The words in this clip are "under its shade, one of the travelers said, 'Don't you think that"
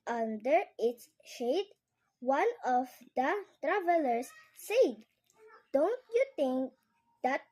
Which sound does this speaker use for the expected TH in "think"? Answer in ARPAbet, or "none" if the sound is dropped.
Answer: T